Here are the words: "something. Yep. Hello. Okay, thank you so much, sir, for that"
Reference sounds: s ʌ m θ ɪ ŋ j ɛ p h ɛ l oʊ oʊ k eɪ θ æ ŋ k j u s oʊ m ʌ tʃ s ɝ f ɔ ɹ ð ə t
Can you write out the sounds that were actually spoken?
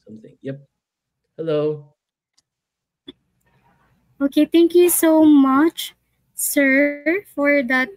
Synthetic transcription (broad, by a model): s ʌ m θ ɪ ŋ j ɛ p h ɛ l oʊ oʊ k eɪ t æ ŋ k j u s oʊ m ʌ tʃ s ɝ f ɔ ɹ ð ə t